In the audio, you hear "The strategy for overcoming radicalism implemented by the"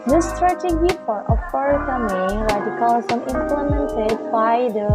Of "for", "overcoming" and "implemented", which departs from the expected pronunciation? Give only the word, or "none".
overcoming